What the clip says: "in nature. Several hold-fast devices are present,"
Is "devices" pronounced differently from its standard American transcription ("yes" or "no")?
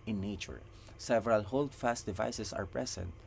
yes